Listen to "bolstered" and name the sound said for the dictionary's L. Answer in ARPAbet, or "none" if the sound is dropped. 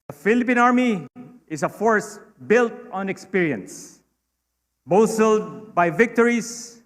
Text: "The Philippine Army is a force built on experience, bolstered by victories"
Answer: none